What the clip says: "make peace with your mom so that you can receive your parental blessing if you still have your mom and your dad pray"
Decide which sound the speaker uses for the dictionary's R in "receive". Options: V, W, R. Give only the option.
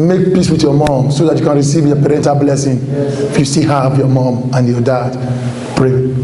R